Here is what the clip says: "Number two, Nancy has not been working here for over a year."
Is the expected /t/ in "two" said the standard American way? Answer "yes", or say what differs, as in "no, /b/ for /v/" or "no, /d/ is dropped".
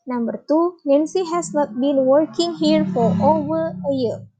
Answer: yes